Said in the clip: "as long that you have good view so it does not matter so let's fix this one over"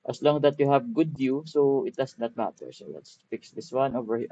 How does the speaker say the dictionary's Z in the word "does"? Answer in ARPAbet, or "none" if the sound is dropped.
S